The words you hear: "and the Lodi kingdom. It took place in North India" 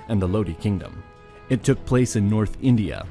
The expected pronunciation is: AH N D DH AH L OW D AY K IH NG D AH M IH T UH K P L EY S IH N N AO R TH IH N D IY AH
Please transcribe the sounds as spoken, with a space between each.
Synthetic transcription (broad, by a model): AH N DH AH L OW D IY K IH NG D AH M IH T UH K P L EY S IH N N AO R TH IH N D IY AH